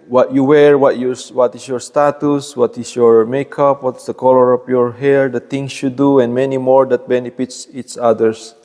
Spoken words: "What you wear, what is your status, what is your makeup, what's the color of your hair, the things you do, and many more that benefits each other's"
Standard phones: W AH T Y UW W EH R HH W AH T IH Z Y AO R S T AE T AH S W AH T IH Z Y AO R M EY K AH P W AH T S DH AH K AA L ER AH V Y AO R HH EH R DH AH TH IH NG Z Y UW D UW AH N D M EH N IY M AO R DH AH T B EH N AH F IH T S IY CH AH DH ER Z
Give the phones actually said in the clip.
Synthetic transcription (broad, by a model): W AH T Y UW W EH R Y W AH T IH S Y AO R S T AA T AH S W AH T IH S Y AO R M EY K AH P W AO T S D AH K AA L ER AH F Y AO R HH EH R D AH T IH NG S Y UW D UW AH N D M EH N IY M AO R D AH T B EH N AH F IH T S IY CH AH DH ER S